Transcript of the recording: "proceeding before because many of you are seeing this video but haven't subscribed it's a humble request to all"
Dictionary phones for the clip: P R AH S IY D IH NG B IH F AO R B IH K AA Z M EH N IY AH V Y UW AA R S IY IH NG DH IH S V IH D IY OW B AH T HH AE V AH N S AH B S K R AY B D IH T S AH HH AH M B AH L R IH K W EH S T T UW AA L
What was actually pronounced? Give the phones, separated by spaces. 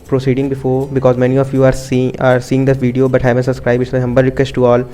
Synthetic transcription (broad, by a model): P R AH S IY D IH NG B IH F AO R B IH K AA Z M EH N IY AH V Y UW AA R S IY IH NG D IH V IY D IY OW B AH T HH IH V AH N S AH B S K R AY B IH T AH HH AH M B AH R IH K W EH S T T UW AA L